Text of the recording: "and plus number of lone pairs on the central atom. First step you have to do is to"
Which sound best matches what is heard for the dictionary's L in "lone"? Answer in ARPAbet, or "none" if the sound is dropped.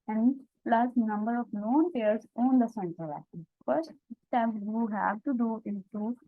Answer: N